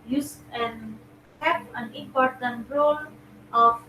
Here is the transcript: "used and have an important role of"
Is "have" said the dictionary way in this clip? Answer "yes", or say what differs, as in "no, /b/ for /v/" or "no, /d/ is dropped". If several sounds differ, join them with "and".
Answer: no, /p/ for /v/